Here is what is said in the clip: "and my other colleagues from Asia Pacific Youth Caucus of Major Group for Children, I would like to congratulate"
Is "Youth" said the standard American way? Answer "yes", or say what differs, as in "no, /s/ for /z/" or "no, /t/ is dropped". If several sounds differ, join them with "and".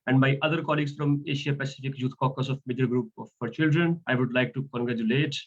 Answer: no, /t/ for /θ/